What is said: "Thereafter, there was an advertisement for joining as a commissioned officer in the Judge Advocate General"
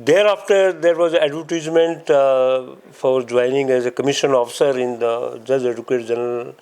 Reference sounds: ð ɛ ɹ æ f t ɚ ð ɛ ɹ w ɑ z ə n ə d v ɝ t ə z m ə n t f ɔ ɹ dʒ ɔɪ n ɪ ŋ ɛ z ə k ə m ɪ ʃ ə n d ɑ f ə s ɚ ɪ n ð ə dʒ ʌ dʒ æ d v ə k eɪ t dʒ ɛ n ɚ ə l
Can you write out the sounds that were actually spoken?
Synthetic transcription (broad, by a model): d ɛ ɹ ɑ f t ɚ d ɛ ɹ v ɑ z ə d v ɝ t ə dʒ m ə n t f ɔ ɹ dʒ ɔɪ n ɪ ŋ ɛ z ə k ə m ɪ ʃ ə n ɑ f ə s ɚ ɪ n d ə dʒ ʌ dʒ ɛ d ə k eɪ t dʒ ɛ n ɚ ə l